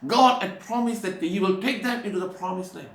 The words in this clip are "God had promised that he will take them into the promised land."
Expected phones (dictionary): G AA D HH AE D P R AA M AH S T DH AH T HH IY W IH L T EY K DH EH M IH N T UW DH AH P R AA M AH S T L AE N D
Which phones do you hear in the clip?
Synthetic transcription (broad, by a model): G AA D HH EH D P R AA M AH S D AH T HH IY W IH L T EY K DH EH M IH N T UW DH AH P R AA M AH S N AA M